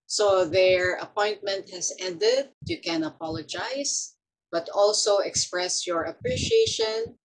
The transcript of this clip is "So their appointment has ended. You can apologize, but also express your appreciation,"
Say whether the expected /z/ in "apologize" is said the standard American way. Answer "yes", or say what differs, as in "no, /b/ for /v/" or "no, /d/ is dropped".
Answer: no, /s/ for /z/